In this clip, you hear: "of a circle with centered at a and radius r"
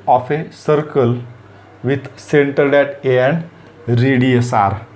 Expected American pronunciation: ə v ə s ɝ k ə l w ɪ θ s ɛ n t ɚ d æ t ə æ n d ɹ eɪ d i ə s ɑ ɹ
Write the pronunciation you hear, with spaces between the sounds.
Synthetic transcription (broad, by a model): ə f ə s ɝ k ə l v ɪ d s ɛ n t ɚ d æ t ə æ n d ɹ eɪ d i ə s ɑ ɹ